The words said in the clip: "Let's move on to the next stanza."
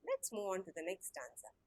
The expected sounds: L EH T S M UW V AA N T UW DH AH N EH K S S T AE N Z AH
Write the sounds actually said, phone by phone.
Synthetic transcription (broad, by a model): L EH T S M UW AA N T UW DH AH N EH K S S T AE N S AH